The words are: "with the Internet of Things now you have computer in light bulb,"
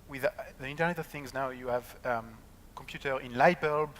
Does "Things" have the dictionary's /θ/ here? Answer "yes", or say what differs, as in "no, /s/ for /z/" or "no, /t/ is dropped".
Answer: yes